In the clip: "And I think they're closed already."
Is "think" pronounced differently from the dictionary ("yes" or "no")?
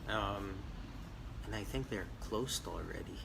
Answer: no